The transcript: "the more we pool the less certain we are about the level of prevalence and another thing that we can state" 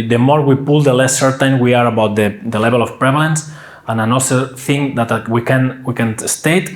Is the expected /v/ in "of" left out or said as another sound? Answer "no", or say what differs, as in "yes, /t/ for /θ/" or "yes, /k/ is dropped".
yes, /f/ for /v/